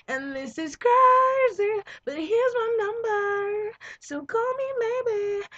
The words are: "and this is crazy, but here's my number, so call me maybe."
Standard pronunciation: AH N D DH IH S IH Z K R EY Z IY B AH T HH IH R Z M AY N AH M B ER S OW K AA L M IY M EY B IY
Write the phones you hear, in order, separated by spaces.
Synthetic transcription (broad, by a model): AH N DH IH S IH Z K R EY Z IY B AH T HH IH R Z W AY N AH M B ER S OW K AA L M IY M EY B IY